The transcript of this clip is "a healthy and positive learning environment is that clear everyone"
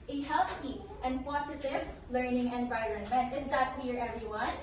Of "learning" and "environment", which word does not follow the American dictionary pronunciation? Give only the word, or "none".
none